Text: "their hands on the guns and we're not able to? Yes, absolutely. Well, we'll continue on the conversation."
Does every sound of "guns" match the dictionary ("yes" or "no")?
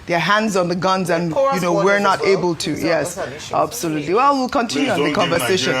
yes